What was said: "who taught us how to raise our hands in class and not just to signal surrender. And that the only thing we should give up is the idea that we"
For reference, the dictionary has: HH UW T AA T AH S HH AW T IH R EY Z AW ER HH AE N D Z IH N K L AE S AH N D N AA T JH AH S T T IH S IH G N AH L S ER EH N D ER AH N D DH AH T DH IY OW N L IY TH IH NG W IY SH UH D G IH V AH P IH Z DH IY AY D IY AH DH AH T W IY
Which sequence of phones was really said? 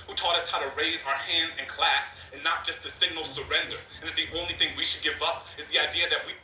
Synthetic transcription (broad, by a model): HH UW T AA T AH S HH AW T IH R EY Z AW ER HH AE N D Z IH N K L AE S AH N N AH T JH AH S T T IH S IH G N L S ER EH N D ER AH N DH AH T DH IY OW N L IY TH IH NG W IY SH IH D G IH V AH P IH Z DH IY AY D IY AH DH AH T W IY